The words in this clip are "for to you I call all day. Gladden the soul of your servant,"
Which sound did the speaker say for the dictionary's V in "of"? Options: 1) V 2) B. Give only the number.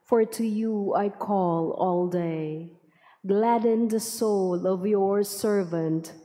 1